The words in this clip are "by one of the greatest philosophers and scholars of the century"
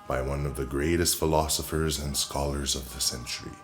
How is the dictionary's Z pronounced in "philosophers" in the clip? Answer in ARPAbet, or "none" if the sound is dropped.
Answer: Z